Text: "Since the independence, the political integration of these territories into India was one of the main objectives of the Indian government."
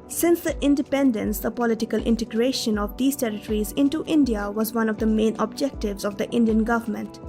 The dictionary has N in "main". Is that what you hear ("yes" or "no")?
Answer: yes